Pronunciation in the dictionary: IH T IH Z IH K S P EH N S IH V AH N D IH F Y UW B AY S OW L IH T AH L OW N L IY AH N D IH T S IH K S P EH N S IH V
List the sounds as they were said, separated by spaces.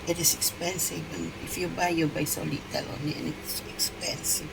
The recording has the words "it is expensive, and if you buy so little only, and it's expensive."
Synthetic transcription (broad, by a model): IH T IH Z IH K S P EH N S IH V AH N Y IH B Y UW B AY S OW L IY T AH L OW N IY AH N IH T S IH K S P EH N S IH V